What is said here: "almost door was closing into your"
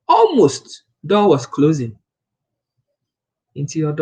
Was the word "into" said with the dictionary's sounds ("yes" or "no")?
yes